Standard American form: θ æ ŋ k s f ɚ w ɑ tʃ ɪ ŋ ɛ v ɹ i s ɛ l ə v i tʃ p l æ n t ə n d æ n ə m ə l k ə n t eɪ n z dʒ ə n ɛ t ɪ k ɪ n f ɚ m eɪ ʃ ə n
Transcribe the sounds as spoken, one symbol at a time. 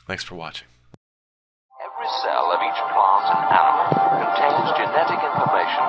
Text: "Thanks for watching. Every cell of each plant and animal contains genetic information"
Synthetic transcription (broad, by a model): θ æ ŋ k s f ɚ w ɑ tʃ ɪ ŋ ɛ v ɹ i s ɛ l ə v i tʃ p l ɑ n t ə n æ n ə m ə l k ə n t eɪ n z dʒ ə n ɛ t ɪ k ɪ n f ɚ m eɪ ʃ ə n